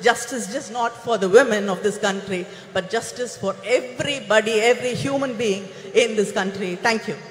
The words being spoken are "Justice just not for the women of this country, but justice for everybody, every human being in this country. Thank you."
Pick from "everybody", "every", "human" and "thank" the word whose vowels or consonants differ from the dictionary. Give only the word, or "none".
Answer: thank